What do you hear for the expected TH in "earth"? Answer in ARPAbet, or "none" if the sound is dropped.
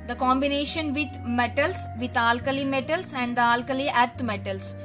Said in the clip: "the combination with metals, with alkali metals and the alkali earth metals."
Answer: T